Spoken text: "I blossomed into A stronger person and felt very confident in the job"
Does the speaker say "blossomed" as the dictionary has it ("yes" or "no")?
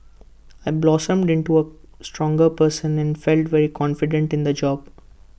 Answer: yes